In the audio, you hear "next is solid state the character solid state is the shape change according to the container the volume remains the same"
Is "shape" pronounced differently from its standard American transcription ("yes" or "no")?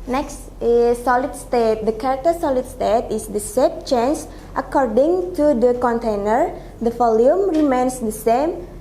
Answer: yes